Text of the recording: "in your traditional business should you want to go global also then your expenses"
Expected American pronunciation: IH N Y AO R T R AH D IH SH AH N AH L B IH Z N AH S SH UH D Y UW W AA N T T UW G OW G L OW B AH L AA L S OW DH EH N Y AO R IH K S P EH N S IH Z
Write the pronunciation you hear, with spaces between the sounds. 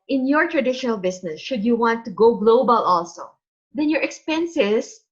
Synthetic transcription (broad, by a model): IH N Y AO R T R AH D IH SH AH N AH L B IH S N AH S SH UH D Y UW W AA N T T UW G OW G L OW B AH L AA L S OW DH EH N Y AO R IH K S P EH N S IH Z